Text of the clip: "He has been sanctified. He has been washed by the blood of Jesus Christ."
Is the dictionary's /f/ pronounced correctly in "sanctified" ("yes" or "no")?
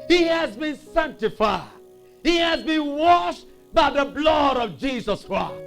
yes